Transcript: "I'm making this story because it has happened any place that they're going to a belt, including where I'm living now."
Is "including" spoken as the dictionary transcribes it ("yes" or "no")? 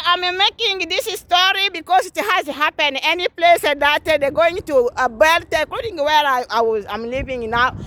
no